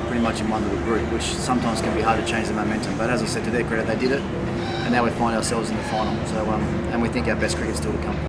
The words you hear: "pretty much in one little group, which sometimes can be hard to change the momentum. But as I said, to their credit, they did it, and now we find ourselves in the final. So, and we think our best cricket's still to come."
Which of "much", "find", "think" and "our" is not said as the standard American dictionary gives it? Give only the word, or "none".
none